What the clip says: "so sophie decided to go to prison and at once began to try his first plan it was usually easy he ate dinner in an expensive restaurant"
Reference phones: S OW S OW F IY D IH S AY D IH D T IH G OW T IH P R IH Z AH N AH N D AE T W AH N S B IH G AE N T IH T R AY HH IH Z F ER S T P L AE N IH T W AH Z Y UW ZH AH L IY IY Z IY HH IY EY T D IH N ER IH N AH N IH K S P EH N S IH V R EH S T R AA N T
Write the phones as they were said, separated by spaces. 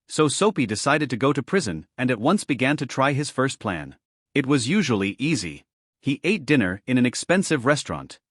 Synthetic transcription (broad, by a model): S OW S OW P IY D IH S AY D IH D T IH G OW T IH P R IH Z AH N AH N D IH T W AH N S B IH G AE N T IH T R AY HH IH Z F ER S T P L AE N IH T W AH Z Y UW ZH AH L IY IY Z IY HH IY EY T D IH N ER IH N AH N IH K S P EH N S IH V R EH S T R AA N T